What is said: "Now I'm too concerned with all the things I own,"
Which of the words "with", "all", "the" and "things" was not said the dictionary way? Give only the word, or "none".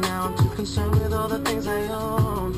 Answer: none